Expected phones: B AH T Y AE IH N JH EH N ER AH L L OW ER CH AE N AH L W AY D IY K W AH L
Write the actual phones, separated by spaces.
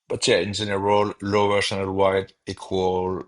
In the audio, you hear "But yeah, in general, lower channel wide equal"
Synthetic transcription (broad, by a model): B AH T Y AE IH N Z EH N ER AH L L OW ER S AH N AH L W AY D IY K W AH L